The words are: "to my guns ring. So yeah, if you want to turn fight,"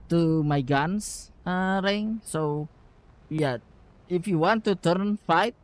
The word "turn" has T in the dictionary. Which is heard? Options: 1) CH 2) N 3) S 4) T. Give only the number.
4